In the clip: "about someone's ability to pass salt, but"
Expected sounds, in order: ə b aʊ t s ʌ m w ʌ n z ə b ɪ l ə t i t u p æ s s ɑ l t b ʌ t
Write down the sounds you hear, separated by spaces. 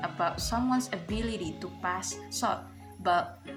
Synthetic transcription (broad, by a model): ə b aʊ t s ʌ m w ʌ n s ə b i l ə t i t u p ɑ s s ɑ t b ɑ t